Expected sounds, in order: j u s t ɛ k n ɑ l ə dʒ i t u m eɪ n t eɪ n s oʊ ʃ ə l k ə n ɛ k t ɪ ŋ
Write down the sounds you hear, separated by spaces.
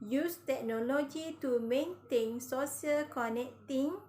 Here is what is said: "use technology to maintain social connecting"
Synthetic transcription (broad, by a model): j u s t ɛ k n ɑ l ə dʒ i t u m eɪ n t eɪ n s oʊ s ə l k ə n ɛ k t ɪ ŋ